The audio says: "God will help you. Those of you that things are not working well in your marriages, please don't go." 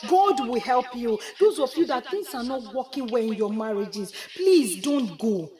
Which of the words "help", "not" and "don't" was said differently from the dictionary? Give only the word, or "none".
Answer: none